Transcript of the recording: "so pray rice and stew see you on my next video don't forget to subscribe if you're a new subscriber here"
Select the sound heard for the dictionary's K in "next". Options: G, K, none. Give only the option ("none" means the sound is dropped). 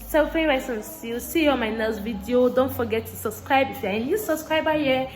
none